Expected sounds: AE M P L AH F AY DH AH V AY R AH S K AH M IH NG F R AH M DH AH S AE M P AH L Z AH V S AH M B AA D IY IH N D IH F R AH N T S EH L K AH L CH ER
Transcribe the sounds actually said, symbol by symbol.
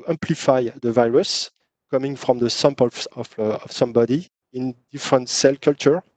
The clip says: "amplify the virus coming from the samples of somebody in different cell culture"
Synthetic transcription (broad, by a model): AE M P L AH F AY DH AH V AY R AH S K AH M IH NG F R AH M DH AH S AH M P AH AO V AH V S AH M B AA D IY IH N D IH F R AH N T S EH L K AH L CH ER